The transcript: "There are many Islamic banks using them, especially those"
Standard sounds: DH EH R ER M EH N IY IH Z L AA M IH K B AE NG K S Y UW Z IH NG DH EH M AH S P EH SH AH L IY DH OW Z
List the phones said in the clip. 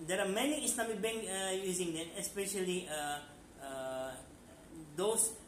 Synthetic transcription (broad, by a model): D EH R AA M EH N IY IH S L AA M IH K B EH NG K Y UW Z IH NG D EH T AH S P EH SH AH L IY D OW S